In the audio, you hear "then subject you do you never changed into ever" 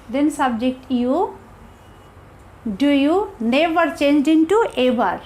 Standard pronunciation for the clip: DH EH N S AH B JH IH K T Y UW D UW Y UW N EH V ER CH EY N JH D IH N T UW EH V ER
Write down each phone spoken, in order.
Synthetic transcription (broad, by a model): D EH N S AH B JH IH K T Y UW D UW Y UW N EH V ER CH EY N JH D IH N T UW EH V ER